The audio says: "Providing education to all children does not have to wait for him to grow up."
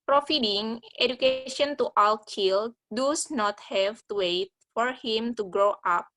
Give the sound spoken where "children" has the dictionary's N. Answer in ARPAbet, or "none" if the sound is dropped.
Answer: L